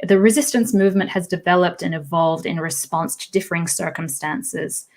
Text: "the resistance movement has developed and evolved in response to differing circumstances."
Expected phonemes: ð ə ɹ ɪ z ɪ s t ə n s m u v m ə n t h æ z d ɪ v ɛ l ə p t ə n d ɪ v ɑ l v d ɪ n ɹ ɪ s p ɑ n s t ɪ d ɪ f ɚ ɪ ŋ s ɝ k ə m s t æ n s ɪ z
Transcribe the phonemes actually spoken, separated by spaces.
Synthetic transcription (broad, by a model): ð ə ɹ ɪ z ɪ s t ə n s m u v m ə n t h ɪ z d ɪ v ɛ l ə p t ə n ɪ v ɑ l v d ɪ n ɹ ɪ s p ɑ n s t ɪ d ɪ f ɚ ɪ ŋ s ɝ k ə m s t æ n s ɪ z